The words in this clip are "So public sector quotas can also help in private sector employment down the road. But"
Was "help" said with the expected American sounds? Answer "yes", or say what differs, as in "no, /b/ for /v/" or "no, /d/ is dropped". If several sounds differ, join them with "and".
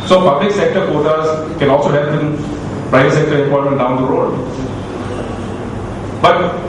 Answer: no, /l/ is dropped